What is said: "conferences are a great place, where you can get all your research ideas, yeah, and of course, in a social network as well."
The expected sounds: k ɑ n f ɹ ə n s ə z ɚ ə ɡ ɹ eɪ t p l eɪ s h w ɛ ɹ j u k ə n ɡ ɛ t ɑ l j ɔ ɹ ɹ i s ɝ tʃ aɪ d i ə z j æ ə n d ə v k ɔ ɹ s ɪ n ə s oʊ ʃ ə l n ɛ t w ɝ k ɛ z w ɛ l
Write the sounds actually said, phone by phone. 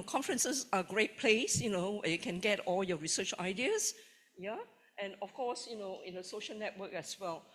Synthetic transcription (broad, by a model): k ɑ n f ɹ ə n s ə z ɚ ə ɡ ɹ eɪ t p l eɪ s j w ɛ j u k ə n ɡ ɛ t ɑ l j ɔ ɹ ɹ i s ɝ tʃ aɪ d i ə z j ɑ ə n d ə f k ɔ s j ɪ n ə s oʊ ʃ ə l n ɛ t w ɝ k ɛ s w ɛ l